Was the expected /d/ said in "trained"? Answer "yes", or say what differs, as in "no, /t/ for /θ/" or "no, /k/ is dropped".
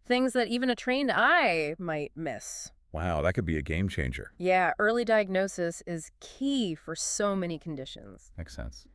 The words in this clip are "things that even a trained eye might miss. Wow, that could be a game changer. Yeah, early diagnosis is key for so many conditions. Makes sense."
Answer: yes